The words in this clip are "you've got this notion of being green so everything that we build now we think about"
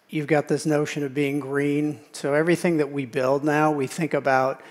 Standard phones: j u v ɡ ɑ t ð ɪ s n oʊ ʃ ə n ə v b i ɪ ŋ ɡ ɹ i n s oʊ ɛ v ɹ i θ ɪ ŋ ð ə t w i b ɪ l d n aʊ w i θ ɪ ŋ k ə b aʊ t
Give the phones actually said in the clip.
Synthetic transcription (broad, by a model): j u v ɡ ɑ t ð ɪ s n oʊ ʃ ə n ə v b i ɪ ŋ ɡ ɹ i n s oʊ ɛ v ɹ i θ ɪ ŋ ð ə t w i b ɪ l d n aʊ w i θ ɪ ŋ k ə b aʊ t